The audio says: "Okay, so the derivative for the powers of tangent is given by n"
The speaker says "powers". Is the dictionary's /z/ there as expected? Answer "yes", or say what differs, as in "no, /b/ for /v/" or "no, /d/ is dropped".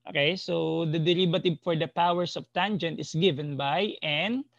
no, /s/ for /z/